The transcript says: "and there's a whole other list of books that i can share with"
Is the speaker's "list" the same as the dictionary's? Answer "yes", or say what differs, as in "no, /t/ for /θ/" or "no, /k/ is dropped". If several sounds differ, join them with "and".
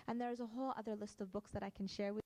yes